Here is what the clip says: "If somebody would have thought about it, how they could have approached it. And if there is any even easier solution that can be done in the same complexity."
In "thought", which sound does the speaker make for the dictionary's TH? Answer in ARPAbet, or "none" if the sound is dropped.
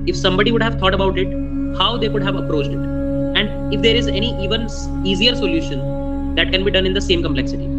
T